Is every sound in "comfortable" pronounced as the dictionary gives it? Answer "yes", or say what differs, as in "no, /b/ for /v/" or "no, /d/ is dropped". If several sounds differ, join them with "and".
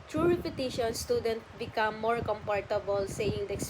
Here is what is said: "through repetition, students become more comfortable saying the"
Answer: no, /p/ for /f/